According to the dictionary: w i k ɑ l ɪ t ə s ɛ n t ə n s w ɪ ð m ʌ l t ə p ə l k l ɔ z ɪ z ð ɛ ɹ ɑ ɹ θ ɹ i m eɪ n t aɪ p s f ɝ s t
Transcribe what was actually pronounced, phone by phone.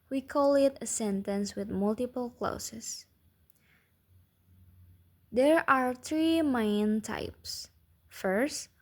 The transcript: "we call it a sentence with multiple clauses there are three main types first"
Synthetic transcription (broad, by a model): w i k ɑ l ɪ t ə s ɛ n t ə n s w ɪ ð m ʌ l t ə p ə l k l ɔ s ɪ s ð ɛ ɹ ɑ ɹ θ ɹ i m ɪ n t aɪ p s f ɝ s t